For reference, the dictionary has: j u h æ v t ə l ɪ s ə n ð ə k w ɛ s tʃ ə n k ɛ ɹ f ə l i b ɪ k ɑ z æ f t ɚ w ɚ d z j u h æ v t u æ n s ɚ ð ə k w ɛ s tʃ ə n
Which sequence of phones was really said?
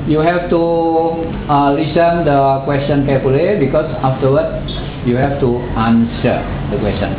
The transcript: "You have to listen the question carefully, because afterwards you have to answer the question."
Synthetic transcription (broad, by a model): j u h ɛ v t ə l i s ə n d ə k w ɛ s tʃ ə n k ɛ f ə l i b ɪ k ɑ s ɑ f t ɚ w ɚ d j u h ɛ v t u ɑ n s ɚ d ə k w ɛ s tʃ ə n